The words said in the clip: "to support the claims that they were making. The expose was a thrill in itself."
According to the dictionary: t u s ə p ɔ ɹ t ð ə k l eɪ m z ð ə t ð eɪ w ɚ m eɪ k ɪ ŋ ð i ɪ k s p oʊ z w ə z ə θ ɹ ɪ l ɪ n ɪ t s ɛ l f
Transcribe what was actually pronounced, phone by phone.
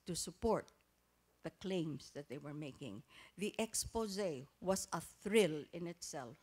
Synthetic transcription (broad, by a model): t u s ə p ɔ ɹ t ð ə k l eɪ m s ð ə t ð eɪ w ɚ m eɪ k ɪ ŋ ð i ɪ k s p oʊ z w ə s ə θ ɹ ɪ l ɪ n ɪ t s ɛ l f